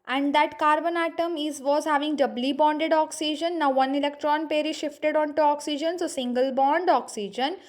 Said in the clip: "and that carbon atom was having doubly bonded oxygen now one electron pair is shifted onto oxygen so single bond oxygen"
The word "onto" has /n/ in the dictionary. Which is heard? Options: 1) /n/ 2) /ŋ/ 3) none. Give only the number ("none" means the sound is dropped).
1